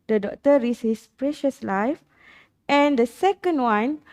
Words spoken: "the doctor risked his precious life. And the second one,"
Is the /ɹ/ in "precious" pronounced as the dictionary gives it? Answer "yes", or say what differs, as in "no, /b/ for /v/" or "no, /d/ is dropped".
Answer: yes